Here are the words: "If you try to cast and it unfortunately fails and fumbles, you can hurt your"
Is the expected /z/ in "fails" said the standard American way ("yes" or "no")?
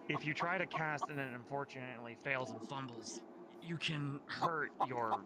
yes